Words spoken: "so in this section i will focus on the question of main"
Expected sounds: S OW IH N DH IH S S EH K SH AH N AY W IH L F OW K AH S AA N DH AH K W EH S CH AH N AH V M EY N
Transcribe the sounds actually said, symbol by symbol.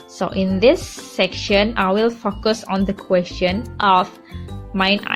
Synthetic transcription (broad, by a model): S OW IH N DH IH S S EH K SH AH N AY W IH L F OW K AH S AA N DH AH K W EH S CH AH N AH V M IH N